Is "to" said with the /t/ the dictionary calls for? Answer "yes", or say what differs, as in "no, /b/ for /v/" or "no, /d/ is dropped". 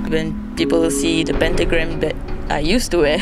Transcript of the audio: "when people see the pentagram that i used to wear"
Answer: yes